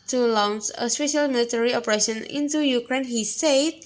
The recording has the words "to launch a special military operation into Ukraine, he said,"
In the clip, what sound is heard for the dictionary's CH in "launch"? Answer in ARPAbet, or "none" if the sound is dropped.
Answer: S